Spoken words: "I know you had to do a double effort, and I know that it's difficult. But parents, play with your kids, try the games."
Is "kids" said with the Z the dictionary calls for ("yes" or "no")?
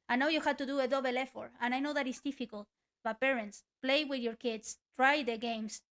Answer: no